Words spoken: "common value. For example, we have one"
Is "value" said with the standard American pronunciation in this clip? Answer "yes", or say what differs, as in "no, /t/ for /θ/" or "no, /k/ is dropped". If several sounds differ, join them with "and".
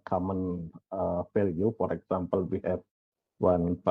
no, /f/ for /v/